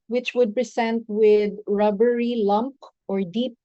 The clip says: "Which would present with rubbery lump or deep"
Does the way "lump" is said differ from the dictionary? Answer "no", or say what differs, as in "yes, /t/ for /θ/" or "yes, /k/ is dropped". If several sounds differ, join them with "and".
no